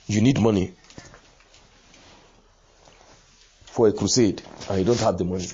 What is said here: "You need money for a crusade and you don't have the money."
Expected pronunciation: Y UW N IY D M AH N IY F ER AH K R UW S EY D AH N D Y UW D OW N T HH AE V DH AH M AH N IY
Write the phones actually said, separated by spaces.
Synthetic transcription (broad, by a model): Y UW N IY D M AH N IY F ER AH K R UW S EY D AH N Y UW D OW N T HH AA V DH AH M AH N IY